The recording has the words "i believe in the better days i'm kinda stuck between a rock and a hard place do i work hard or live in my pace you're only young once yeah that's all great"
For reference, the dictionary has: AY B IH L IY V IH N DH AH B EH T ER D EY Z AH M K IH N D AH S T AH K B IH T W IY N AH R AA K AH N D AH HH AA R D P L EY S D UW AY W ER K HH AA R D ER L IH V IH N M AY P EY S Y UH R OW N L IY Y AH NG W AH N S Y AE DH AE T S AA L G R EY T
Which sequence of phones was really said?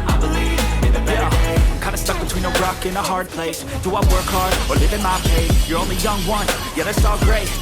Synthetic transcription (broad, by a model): AY B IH L IY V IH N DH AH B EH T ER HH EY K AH IH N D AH S T AH K B IH T W IY N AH R AA K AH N AH HH AA R D P L EY S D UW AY W ER K HH AA R D ER L IH V IH N M AY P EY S Y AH R OW N L IY Y AH NG W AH N Y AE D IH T S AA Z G R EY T